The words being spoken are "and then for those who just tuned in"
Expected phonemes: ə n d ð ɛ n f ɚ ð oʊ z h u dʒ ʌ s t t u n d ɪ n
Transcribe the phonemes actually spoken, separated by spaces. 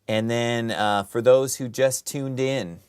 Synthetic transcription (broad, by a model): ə n ð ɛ n f ɚ ð oʊ z h u dʒ ʌ s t t u n d ɪ n